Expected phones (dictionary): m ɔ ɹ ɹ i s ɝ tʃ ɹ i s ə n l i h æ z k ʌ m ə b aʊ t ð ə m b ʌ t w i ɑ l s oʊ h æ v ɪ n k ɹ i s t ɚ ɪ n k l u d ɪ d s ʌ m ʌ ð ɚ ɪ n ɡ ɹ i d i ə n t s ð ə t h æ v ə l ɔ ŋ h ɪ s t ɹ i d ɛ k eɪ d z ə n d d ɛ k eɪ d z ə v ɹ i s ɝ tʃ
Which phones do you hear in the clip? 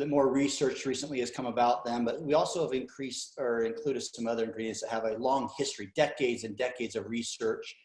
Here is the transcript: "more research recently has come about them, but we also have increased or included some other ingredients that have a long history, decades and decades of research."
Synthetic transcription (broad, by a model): m ɔ ɹ ɹ i s ɝ tʃ ɹ i s ə n l i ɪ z k ʌ m ə b aʊ t ð ə m b ʌ t w i ɑ l s oʊ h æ v ɪ n k ɹ i s t ɚ ɪ n k l u d ɪ d s ʌ m ʌ ð ɚ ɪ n ɡ ɹ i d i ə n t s ð ə t h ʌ v ə l ɔ ŋ h ɪ s t ɹ i d ɛ k eɪ d z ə n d d ɛ k eɪ d z ə v ɹ i s ɝ tʃ